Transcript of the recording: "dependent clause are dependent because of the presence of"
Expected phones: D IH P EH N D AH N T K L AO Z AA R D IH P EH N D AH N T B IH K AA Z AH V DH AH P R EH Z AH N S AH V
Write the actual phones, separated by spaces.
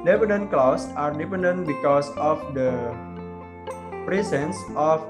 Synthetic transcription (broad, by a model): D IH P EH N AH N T K L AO S AA R D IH P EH N D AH N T B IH K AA S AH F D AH P R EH S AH N S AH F